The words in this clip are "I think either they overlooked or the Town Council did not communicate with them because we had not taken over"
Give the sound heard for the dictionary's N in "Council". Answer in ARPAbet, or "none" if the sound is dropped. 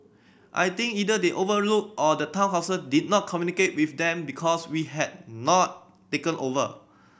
none